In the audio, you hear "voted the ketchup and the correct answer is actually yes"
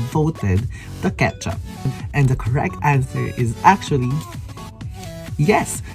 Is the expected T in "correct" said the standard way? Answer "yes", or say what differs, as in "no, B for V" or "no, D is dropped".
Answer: yes